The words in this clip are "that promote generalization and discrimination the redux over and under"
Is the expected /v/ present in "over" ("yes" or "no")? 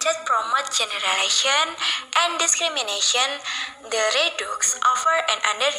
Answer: no